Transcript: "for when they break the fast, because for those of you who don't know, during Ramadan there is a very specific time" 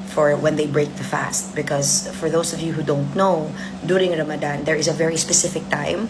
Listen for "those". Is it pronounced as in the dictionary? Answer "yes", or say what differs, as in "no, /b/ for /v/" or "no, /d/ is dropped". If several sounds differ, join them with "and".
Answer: no, /s/ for /z/